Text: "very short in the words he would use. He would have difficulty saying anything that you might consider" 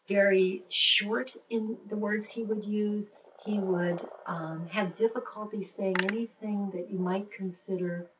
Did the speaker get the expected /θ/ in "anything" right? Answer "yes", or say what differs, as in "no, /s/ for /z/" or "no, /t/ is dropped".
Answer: yes